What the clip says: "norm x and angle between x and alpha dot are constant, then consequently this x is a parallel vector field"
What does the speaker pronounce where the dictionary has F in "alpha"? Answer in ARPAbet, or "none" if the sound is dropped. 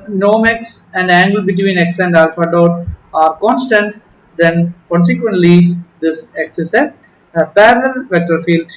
F